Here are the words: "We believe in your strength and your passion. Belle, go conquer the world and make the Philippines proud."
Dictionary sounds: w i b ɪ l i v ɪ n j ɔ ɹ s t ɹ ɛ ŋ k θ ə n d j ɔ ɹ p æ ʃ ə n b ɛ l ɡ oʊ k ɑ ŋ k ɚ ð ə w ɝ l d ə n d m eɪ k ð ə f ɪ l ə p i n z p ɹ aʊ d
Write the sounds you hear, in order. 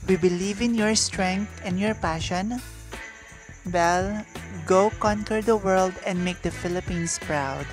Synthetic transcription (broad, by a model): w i b ɪ l i v ɪ n j ɔ ɹ s t ɹ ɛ ŋ k t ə n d j ɔ ɹ p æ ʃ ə n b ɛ l ɡ oʊ k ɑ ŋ k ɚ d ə w ɝ l d ə n d m eɪ k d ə f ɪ l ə p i n s p ɹ aʊ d